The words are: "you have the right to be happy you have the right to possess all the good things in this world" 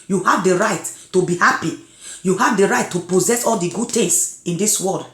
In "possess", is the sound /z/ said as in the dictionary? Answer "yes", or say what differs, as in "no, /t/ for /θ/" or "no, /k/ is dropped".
yes